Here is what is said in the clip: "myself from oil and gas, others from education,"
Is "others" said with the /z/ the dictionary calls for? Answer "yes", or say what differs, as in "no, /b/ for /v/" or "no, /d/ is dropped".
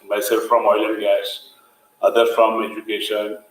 no, /z/ is dropped